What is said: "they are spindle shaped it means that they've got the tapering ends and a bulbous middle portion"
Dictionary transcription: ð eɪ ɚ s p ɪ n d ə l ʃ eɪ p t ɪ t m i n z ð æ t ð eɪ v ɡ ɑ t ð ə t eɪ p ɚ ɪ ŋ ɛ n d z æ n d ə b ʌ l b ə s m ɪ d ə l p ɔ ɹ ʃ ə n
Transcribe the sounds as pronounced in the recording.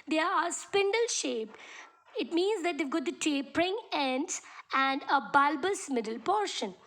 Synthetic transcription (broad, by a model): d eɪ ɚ s p ɪ n d ə l ʃ eɪ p ɪ t m i n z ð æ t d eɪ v ɡ ɑ t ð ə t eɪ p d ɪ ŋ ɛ n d æ n d ə b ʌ l b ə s m ɪ d ə l p ɔ ɹ ʃ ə n